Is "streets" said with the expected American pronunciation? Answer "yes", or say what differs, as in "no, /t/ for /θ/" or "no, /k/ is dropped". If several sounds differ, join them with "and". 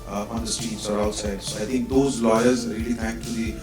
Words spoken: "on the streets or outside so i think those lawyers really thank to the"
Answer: no, /ɹ/ is dropped